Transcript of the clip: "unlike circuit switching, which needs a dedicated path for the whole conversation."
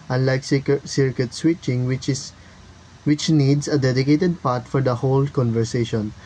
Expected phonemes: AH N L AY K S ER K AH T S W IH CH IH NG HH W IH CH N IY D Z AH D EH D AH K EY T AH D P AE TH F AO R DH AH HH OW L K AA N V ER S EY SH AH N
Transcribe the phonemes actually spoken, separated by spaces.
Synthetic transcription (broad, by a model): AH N L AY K S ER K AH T S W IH CH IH NG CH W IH CH N IY D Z AH D EH D AH K EY T AH D P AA T F AO R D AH HH OW L K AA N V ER S EY SH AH N